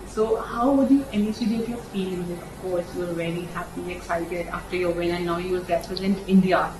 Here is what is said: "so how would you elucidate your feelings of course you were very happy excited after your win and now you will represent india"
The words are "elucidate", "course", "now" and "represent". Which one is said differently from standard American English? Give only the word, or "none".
elucidate